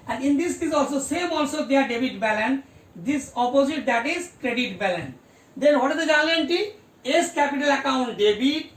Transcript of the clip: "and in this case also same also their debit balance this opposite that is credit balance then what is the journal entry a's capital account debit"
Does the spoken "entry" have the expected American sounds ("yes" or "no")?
no